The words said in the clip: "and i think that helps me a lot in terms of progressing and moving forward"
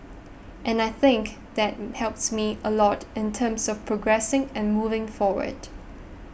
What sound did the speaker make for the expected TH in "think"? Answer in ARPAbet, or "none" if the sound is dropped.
TH